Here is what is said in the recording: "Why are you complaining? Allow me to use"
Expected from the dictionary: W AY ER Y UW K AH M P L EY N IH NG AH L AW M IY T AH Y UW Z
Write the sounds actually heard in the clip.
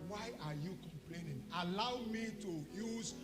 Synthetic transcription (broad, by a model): W AY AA Y UW K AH M P L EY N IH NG AH L AW M IY T AH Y UW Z